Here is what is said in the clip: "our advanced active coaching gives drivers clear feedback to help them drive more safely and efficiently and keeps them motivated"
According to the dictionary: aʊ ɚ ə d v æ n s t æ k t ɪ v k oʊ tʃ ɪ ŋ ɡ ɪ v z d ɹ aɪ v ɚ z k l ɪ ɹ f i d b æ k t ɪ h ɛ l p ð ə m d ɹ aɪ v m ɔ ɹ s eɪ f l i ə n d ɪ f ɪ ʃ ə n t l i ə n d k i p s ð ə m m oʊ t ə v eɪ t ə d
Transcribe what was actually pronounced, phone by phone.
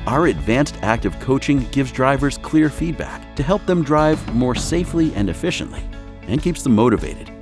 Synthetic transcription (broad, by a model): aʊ ɚ ə d v æ n s t æ k t ɪ v k oʊ tʃ ɪ ŋ ɡ ɪ v z d ɹ aɪ v ɚ z k l ɪ ɹ f i d b æ k t ɪ h ɛ l p ð ə m d ɹ aɪ v m ɔ ɹ s eɪ f l i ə n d ɪ f ɪ ʃ ə n t l i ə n k i p s ð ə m m oʊ t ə v eɪ t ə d